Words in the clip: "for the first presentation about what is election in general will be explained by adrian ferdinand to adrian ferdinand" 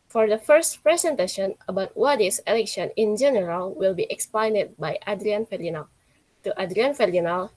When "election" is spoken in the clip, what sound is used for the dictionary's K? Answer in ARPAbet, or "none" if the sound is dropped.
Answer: K